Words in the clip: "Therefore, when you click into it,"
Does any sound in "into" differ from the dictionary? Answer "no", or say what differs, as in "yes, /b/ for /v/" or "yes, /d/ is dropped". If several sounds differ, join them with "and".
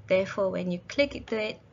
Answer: yes, /n/ is dropped